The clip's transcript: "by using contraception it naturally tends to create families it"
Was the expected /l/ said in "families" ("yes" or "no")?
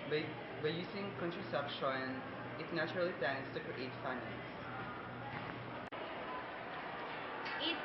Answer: no